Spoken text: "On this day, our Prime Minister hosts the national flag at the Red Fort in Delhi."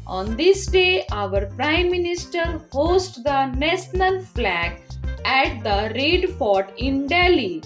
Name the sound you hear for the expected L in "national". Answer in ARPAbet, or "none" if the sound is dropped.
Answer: N